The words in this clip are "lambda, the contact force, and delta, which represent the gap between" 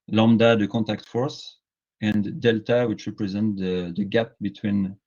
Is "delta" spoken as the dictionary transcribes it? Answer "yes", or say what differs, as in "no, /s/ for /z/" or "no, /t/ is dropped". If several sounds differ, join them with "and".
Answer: yes